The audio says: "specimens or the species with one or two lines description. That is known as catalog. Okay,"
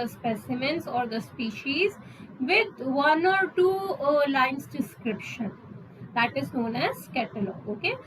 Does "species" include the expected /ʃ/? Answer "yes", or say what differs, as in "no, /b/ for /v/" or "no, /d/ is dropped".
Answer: yes